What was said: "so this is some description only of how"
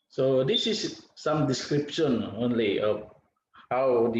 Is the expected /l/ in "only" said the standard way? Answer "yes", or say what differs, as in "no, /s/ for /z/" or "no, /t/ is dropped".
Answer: yes